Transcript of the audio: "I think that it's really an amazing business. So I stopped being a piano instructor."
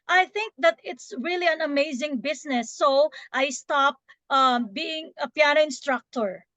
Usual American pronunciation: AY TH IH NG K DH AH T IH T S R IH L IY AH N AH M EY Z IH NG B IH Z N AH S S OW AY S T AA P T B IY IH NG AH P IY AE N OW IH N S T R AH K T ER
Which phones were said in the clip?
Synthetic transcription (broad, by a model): AY TH IH NG K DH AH T IH T S R IH L IY AH N AH M EY Z IH NG B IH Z N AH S S OW AY S T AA P T B IY IH NG AH P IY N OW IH N S T R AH K T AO